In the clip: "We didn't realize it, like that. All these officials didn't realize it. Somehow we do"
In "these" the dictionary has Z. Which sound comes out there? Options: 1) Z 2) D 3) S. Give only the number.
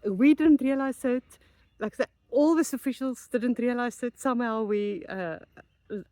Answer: 3